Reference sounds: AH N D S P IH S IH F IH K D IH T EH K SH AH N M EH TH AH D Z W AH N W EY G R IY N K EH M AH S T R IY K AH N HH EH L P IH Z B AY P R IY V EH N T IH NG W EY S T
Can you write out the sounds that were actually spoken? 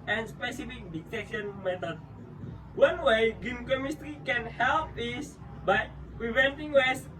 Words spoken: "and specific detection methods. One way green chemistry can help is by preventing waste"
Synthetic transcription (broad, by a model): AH N S P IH S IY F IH K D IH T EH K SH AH N M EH T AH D W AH N W EY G IY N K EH M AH S T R IY K AH N HH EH L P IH S B AY P R IY V EH N T IH NG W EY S